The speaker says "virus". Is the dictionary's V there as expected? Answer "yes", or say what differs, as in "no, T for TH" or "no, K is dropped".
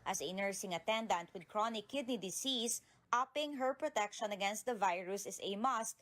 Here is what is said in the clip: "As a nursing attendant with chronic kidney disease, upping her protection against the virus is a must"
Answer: yes